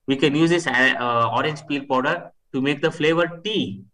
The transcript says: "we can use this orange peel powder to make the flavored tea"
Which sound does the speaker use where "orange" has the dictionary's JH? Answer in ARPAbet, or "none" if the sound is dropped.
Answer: JH